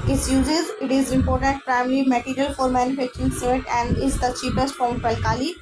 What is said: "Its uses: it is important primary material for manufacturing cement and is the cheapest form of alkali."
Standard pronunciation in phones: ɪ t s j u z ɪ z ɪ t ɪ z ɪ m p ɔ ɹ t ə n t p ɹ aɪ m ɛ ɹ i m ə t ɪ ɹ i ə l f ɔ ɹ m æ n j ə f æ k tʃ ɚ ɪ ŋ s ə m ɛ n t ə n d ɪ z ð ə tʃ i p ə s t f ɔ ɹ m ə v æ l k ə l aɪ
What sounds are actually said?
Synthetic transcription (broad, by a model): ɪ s j u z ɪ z ɪ t ɪ z ɪ m p ɔ ɹ t ə n t p ɹ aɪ m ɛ ɹ i m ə t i ɹ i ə l f ɔ ɹ m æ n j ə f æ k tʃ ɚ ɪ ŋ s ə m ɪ t ə n d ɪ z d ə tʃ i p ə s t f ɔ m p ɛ l k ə l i